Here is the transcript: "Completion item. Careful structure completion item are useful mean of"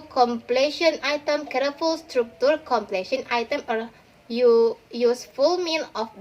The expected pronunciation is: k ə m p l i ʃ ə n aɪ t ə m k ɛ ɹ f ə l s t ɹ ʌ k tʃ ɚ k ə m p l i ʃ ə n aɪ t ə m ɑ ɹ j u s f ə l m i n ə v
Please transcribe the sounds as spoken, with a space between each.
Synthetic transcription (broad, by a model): k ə m p l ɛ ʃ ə n aɪ t ə m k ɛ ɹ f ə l s t ɹ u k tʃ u k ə m p l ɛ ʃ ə n aɪ t ə m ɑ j j u s f ə l m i l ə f